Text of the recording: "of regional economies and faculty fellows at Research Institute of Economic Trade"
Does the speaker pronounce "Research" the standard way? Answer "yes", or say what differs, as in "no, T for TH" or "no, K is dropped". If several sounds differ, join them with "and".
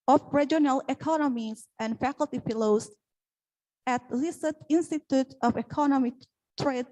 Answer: no, L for R